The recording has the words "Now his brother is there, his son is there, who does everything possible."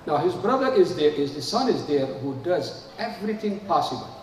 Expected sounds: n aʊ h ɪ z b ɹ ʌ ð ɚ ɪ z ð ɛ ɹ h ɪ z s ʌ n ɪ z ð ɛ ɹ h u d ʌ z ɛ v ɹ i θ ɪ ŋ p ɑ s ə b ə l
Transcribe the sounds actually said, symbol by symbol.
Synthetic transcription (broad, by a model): n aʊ h ɪ z b ɹ ʌ ð ɚ ɪ z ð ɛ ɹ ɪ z s ʌ n ɪ z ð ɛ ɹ h u d ʌ z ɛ v ɹ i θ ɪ ŋ p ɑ s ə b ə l